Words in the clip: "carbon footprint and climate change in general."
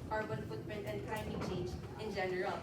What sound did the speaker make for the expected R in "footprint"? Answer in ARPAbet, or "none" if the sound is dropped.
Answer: none